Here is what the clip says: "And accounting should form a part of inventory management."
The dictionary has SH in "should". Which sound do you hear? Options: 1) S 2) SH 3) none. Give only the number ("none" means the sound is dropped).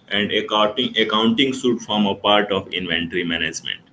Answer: 1